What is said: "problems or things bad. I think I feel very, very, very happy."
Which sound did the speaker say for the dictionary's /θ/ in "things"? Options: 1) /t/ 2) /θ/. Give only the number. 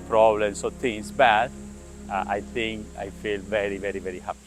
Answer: 1